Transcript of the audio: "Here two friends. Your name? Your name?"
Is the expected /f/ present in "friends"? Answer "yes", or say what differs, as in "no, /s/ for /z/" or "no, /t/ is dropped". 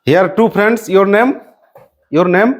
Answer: no, /p/ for /f/